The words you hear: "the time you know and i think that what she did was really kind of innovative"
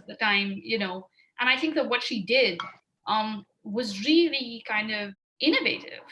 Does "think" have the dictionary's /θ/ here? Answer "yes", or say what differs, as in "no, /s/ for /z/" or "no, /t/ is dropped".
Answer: yes